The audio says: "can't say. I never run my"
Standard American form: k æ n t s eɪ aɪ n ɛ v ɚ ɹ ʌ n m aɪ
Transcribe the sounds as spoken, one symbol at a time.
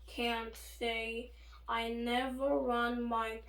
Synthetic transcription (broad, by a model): k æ n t s eɪ aɪ n ɛ v ɚ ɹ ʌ n m aɪ